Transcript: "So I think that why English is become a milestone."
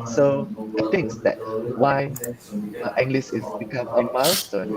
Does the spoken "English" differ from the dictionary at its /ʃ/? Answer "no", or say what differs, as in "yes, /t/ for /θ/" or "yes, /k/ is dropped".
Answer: yes, /s/ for /ʃ/